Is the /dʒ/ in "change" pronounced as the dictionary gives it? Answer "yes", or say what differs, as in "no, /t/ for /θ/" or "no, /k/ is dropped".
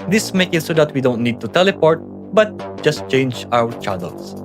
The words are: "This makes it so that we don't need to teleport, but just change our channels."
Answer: yes